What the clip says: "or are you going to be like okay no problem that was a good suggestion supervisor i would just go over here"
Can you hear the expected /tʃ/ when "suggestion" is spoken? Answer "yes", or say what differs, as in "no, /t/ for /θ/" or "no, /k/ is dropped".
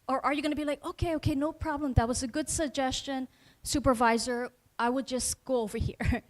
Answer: yes